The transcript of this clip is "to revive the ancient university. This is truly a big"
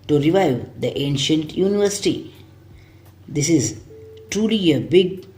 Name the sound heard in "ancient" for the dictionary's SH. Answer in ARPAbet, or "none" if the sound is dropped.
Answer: SH